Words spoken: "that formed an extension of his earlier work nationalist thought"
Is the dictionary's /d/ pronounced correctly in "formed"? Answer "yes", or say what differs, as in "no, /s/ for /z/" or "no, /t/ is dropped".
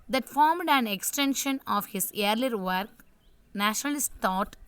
yes